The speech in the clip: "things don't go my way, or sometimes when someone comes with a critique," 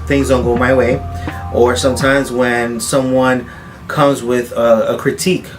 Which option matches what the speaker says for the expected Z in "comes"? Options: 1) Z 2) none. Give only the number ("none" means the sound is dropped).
1